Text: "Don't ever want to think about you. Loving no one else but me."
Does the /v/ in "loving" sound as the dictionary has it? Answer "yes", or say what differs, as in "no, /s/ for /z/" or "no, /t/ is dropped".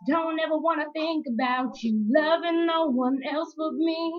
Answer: yes